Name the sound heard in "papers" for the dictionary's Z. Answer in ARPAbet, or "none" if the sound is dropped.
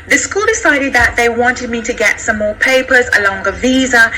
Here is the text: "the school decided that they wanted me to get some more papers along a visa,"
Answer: Z